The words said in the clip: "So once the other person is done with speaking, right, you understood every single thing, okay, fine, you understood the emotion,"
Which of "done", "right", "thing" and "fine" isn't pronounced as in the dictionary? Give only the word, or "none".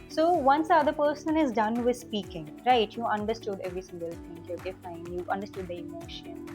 thing